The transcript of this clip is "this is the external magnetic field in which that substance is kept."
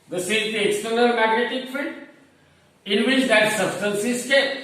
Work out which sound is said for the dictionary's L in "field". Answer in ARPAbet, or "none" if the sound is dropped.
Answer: none